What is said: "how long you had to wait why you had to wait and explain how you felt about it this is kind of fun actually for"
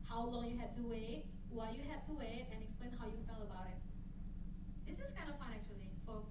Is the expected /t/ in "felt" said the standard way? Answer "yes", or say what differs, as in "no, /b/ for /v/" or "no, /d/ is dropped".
no, /t/ is dropped